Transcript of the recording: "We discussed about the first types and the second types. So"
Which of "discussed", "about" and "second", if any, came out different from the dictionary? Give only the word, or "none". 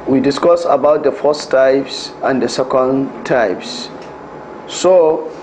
discussed